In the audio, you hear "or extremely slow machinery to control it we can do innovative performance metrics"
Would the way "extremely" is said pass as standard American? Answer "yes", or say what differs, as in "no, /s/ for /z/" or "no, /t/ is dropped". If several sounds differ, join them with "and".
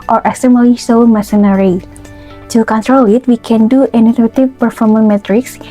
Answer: no, /ɹ/ is dropped